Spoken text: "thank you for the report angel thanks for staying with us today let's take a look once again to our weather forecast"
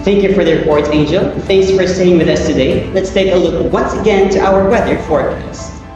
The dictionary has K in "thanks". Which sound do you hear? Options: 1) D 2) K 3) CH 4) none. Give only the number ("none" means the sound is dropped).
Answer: 2